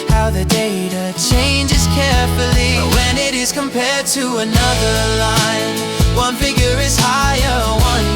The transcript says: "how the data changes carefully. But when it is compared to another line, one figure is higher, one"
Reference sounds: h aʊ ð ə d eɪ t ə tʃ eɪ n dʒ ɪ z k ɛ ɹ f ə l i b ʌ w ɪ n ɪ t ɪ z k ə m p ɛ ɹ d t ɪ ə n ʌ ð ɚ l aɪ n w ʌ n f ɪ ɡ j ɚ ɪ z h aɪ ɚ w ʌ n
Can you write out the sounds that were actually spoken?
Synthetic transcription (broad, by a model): h aʊ ð ə d eɪ t ə tʃ eɪ n dʒ ɪ z k ɛ ɹ f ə l i w ɪ n ɪ t ɪ z k ə m p ɛ ɹ d t ɪ ə n ʌ ð ɚ l aɪ n w ʌ n f ɪ ɡ j ɚ ɪ z h aɪ ɚ w ʌ n